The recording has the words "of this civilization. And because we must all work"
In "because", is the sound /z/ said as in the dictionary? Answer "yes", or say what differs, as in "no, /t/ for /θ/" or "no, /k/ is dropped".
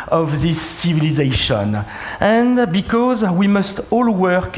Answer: yes